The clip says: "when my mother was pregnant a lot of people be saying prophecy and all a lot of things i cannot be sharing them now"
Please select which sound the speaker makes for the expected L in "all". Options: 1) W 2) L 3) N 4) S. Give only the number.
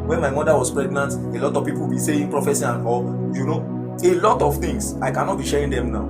3